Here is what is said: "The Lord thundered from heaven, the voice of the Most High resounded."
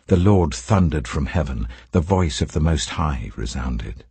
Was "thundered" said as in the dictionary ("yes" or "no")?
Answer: yes